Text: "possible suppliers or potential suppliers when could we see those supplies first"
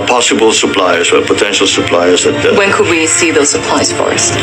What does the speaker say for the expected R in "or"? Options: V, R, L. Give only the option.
L